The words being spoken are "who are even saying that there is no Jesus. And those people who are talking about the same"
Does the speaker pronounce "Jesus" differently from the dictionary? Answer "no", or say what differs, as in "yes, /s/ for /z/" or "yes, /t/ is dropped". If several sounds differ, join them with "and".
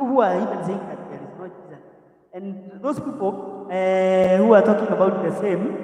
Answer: yes, /s/ is dropped